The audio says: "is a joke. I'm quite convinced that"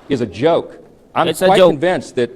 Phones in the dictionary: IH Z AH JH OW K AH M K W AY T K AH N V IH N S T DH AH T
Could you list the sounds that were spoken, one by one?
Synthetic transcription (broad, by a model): IH Z AH JH OW AH K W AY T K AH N V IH N S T DH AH T